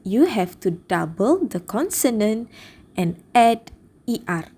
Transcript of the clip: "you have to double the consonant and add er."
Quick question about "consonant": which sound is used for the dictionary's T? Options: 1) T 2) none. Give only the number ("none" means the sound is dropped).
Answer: 1